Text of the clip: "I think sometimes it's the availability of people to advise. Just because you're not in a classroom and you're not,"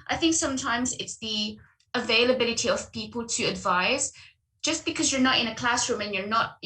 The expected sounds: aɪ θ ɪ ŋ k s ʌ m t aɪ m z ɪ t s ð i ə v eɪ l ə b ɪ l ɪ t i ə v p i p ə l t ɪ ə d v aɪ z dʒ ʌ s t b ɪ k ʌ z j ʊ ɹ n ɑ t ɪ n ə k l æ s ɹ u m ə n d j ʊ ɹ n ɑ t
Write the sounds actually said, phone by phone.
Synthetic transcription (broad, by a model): aɪ θ ɪ ŋ k s ʌ m t aɪ m z ɪ t s ð i ə v eɪ l ə b ɪ l ɪ t i ə v p i p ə l t ɪ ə d v aɪ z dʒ ʌ s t b ɪ k ʌ z j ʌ ɹ n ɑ t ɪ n ə k l æ s ɹ u m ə n j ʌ ɹ n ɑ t